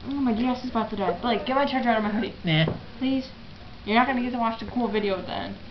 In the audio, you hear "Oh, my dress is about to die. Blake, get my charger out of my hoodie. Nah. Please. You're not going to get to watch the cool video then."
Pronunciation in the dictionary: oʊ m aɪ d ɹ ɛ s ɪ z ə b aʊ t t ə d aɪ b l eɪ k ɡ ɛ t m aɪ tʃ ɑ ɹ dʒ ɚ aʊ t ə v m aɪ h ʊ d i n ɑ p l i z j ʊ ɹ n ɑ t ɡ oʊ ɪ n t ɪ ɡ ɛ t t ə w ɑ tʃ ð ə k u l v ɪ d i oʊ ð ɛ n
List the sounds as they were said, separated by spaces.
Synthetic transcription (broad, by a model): oʊ m aɪ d i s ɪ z ə b aʊ t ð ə d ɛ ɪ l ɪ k ɡ ɛ t m aɪ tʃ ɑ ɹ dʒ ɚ aʊ t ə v m aɪ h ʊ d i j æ p l i z j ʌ ɹ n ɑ t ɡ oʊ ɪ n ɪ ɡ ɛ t t ə w ɑ tʃ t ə k u l v ɪ d i oʊ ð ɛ n